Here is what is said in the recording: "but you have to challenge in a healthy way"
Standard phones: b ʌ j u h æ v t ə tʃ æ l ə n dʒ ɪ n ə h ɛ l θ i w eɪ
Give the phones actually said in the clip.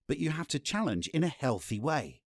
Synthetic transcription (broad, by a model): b ʌ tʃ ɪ h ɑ f t ə tʃ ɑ l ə n dʒ ɪ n ə h ɛ l θ i w eɪ